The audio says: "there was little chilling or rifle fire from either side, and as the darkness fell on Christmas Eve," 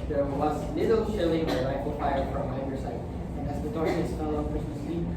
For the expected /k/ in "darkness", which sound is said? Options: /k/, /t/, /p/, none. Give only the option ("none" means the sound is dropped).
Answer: none